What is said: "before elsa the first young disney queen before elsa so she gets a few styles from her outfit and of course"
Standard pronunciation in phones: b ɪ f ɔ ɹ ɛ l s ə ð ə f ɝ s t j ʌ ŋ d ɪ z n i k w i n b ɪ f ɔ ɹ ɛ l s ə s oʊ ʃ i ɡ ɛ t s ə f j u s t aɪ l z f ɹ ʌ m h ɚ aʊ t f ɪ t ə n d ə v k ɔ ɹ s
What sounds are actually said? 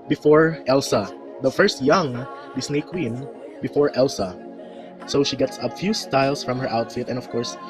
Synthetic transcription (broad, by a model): b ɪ f ɔ ɹ ɛ l s ə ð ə f ɝ s t j ʌ ŋ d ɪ s n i k w i n b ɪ f ɔ ɹ ɛ l s ə s oʊ ʃ i ɡ ɛ t s ə f j u s t aɪ l s f ɹ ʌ m h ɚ aʊ t f ɪ t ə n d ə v k ɔ ɹ s